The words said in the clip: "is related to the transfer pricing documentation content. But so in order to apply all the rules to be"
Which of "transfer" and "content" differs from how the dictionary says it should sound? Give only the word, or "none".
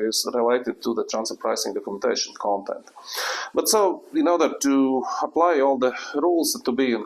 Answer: transfer